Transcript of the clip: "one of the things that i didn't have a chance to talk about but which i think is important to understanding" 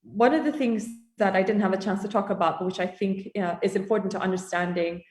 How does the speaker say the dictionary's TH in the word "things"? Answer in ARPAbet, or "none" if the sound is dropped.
TH